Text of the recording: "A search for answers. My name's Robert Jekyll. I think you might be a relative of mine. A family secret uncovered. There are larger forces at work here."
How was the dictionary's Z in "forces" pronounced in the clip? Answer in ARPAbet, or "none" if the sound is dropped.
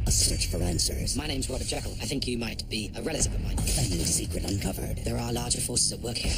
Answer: Z